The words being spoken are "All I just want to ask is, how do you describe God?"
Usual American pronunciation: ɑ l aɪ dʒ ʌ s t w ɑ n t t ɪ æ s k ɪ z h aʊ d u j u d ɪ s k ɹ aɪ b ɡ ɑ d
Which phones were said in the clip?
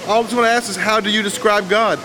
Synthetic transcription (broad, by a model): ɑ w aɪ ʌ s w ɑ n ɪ æ s k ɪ s h aʊ d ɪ j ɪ d ɪ s k ɹ aɪ b ɡ ɑ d